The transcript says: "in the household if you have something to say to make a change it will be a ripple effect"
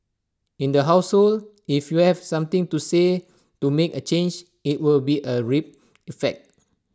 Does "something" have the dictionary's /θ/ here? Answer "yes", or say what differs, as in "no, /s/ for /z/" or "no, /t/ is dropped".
no, /t/ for /θ/